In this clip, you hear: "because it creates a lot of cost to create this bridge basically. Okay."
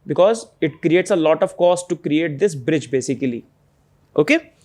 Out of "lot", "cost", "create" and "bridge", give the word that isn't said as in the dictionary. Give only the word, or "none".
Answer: none